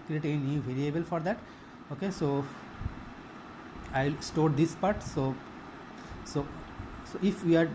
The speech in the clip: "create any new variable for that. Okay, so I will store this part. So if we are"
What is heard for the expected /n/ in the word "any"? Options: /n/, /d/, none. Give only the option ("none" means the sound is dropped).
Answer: none